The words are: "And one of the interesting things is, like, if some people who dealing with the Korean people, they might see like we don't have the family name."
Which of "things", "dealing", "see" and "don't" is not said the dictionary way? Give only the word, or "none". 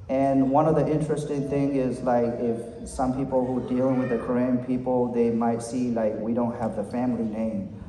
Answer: things